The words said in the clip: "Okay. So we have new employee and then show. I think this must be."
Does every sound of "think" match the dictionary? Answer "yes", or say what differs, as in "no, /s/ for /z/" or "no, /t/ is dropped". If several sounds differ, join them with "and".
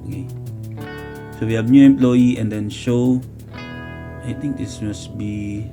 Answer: no, /t/ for /θ/